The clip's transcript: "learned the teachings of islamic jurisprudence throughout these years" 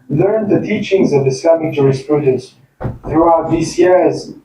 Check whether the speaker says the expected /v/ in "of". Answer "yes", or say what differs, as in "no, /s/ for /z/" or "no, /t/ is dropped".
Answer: yes